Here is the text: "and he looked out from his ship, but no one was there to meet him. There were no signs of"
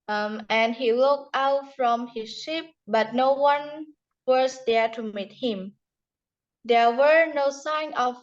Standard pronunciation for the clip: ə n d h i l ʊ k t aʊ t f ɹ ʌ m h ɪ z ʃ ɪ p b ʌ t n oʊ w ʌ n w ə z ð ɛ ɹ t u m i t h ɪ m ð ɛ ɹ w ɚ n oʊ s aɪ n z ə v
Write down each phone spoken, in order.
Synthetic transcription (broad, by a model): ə n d h i l ʊ k t aʊ t f ɹ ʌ m h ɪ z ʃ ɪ p b ʌ t n oʊ w ʌ n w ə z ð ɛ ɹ t u m i t h ɪ m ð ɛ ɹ w ɚ n oʊ s aɪ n ə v